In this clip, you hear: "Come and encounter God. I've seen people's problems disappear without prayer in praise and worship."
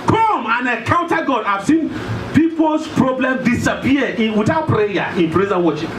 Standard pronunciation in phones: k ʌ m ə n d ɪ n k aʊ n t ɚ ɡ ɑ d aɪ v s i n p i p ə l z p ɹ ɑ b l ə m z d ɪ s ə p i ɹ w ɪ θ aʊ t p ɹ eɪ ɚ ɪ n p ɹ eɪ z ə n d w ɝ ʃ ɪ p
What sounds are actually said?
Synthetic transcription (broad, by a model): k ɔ m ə n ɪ k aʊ n t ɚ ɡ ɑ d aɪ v s i n p i p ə l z p ɹ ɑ b l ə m d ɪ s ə p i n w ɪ t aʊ p ɹ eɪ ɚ ɪ n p ɹ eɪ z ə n w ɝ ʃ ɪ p